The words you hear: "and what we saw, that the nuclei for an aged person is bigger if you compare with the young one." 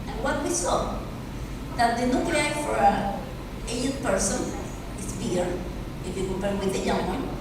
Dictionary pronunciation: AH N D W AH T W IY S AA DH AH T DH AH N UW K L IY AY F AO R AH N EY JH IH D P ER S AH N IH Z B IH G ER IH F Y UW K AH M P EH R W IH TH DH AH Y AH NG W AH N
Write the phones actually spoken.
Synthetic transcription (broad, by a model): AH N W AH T W IY S AA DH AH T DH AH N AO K IY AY F AO R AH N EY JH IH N P ER S AH N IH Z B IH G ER IH F Y UW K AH M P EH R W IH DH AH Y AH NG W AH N